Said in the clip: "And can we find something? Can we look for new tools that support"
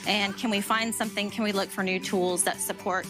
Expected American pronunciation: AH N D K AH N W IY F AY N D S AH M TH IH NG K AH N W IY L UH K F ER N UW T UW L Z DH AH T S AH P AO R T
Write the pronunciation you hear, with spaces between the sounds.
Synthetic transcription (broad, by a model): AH N K AH N W IY F AY N D S AH M TH IH NG K AH N W IY L UH K F ER N UW T UW L Z DH AH T S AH P AO R T